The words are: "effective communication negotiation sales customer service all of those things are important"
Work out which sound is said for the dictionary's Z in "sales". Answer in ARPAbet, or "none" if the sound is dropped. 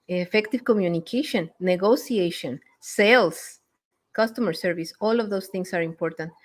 S